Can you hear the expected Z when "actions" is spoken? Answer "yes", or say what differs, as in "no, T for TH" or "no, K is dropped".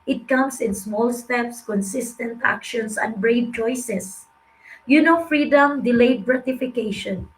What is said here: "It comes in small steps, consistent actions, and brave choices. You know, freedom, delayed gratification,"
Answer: no, S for Z